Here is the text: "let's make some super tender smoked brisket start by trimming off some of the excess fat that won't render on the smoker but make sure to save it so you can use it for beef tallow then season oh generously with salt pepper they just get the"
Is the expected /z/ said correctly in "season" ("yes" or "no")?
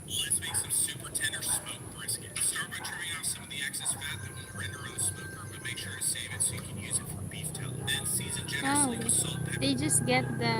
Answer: yes